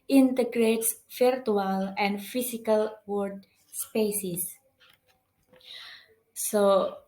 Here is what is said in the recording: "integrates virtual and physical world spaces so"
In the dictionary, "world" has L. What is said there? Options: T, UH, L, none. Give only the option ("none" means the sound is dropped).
none